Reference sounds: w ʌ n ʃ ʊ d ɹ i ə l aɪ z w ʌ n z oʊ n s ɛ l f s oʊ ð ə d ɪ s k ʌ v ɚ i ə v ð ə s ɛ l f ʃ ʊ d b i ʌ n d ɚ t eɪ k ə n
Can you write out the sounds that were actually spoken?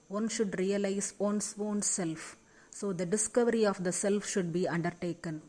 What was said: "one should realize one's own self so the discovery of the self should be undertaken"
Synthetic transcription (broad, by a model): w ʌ n ʃ ʊ d ɹ i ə l aɪ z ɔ n s oʊ n s ɛ l f s oʊ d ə d ɪ s k ʌ v ɚ i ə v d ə s ɛ l f ʃ ʊ d b i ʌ n d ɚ t eɪ k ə n